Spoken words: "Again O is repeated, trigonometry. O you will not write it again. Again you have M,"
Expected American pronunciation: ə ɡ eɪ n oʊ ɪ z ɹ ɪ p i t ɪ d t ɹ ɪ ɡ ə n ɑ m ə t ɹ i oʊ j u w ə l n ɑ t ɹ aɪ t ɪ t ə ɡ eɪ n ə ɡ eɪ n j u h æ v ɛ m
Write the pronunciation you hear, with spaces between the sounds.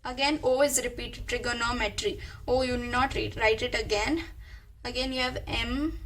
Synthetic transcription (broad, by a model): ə ɡ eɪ n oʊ ɪ z ɹ ɪ p i t ɪ d t ɹ ɪ ɡ ə n ɑ m ə t ɹ i oʊ j u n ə n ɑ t ɹ aɪ t ɪ t ə ɡ eɪ n ə ɡ eɪ n j u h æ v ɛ m